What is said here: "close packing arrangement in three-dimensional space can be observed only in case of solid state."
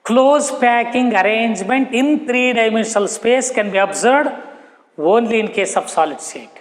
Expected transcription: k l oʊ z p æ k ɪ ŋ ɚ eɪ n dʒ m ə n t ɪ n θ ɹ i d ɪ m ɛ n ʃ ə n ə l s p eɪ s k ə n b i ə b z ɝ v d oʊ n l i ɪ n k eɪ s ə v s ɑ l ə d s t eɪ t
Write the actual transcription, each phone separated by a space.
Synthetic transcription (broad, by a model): k l oʊ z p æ k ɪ ŋ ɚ eɪ n dʒ m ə n t ɪ n t ɹ i d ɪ m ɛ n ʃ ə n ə l s p eɪ s k ə n b i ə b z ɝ d oʊ n l i ɪ n k eɪ s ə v s ɑ l ə d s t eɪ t